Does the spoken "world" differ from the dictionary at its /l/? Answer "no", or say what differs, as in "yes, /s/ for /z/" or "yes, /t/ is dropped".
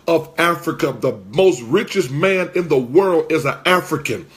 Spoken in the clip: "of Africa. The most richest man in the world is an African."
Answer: no